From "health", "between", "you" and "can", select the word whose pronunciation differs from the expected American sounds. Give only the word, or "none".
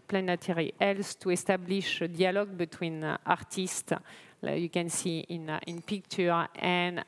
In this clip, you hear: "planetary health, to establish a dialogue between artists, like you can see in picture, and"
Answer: health